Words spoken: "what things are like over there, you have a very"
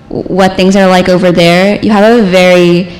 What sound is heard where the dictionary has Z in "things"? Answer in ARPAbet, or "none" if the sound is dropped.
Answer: Z